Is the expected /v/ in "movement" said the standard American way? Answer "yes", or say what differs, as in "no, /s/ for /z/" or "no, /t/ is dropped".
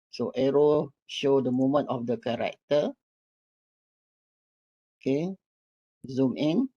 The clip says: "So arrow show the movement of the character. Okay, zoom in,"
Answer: no, /v/ is dropped